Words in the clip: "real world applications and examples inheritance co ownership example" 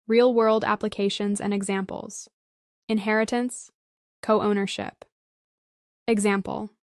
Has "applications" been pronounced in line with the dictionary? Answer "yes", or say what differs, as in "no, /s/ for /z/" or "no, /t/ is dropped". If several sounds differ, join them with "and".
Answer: yes